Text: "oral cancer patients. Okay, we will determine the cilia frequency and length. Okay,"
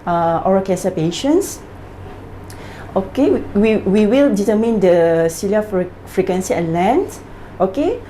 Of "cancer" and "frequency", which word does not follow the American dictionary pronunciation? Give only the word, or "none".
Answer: cancer